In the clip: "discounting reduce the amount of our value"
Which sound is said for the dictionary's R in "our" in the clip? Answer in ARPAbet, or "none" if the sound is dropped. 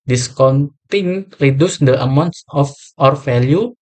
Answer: R